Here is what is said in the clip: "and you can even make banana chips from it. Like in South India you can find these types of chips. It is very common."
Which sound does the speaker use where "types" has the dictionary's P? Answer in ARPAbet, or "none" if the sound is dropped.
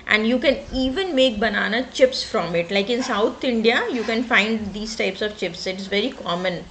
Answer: P